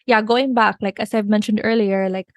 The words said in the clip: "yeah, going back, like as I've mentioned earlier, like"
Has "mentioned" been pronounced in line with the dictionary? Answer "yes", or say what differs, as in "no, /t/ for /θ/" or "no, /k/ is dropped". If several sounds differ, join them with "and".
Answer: yes